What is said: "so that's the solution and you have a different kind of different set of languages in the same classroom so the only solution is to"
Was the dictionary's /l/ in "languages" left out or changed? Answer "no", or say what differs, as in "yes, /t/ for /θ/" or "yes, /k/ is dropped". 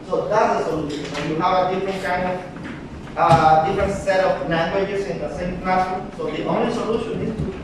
yes, /n/ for /l/